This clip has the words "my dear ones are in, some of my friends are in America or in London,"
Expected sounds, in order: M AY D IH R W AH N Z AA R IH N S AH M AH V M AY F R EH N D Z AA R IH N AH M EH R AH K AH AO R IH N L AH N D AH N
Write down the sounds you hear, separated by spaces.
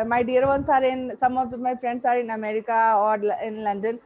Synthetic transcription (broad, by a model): M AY D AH R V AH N S AA R IH N S AH M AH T M AY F R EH N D S AA R IH N AH M EH R AH K AH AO L IH N L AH N D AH N